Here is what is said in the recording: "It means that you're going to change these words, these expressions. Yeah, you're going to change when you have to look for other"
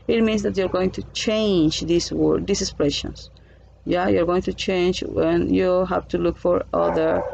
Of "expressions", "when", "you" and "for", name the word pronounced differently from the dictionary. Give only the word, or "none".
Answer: expressions